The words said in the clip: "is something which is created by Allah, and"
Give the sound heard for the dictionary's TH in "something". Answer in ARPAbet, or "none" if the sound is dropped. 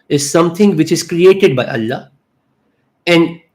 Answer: T